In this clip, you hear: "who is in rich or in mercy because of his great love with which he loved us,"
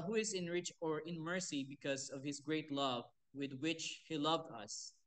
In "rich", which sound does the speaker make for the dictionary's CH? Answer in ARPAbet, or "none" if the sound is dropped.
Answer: CH